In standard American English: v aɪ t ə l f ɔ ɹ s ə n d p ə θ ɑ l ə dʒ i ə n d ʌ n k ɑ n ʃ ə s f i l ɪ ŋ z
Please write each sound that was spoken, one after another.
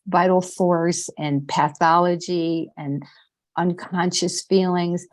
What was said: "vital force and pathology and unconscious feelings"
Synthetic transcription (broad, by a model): v aɪ t l f ɔ ɹ s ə n p ə θ ɑ l ə dʒ i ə n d ʌ n k ɑ n ʃ ə s f i l ɪ ŋ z